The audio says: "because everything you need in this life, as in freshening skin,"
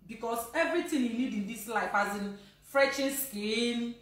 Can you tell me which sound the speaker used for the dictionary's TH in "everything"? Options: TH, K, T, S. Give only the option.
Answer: T